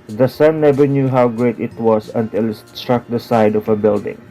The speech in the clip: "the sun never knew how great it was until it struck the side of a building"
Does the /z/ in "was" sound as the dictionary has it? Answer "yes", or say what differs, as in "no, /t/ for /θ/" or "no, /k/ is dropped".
no, /s/ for /z/